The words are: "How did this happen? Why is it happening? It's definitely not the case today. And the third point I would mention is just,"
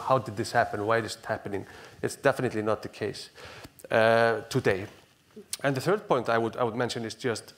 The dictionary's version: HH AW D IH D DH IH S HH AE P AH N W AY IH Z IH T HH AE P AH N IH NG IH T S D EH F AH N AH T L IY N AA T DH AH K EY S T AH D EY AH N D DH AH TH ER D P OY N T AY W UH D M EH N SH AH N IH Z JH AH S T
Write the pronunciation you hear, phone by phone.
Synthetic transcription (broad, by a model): HH AW D IH D DH IH S HH AE P AH N W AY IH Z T HH AE P AH N IH NG IH T S D EH F AH N AH T L IY N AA T DH AH K EY S T AH D EY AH N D DH AH TH ER D P OY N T AY W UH D M EH N SH AH N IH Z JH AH S T